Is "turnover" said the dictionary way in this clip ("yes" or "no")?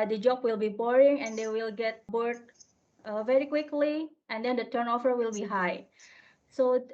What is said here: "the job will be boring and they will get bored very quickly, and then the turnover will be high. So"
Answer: no